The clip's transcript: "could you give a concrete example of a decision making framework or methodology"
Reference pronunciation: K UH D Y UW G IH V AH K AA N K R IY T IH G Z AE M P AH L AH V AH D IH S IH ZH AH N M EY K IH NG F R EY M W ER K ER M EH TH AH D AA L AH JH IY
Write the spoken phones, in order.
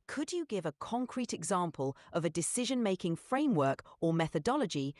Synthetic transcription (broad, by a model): K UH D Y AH G IH V AH K AA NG K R IY T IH G Z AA M P AH L AH V AH D IH S IH ZH AH N M EY K IH NG F R EY M W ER K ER M EH TH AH D AA L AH JH IY